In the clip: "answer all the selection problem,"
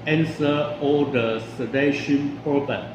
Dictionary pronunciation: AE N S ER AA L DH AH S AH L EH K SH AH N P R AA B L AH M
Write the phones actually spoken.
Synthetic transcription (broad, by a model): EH N S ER AA L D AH S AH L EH SH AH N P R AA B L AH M